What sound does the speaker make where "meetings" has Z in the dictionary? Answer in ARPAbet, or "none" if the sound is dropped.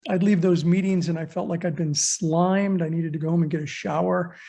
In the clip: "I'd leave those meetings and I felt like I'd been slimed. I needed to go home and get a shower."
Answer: Z